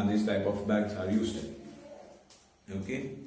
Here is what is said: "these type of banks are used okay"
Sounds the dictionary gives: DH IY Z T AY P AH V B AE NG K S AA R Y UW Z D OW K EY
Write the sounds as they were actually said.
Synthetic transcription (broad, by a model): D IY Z T AY P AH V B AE K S AA R Y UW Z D OW K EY